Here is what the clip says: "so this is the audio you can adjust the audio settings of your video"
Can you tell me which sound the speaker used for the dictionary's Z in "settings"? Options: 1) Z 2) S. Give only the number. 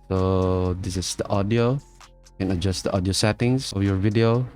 2